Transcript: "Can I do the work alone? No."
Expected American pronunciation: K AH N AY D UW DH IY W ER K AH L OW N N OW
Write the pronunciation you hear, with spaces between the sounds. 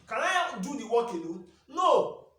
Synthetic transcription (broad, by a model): K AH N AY D UW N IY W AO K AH N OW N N OW